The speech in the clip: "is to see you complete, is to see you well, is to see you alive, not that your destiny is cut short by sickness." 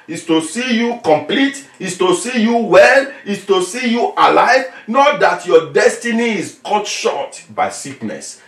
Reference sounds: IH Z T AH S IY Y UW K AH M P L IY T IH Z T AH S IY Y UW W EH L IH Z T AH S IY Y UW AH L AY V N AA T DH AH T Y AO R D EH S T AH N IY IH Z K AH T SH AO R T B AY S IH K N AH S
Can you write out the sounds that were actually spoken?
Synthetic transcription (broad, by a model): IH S T AH S IY Y UW K AH M P L IY T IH S T AH S IY Y UW W EH L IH S T AH S IY Y UW AH L AY V N AA T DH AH T Y AO D EH S T AH N IY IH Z K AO T SH AO T B AY S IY K N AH S